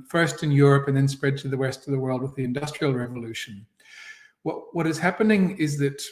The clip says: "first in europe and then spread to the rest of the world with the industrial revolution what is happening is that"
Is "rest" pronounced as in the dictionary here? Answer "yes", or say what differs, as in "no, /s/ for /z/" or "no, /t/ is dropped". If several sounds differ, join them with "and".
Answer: no, /w/ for /ɹ/